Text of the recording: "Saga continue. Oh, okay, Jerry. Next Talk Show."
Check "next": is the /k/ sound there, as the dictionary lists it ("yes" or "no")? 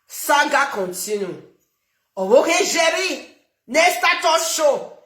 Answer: no